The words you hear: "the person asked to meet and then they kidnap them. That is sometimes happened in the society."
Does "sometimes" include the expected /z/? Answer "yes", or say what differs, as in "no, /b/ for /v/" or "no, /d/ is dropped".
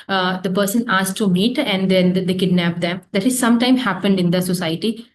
no, /z/ is dropped